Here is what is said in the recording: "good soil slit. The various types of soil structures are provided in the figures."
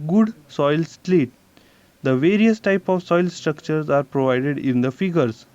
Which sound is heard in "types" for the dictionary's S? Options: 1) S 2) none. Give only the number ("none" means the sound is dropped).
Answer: 2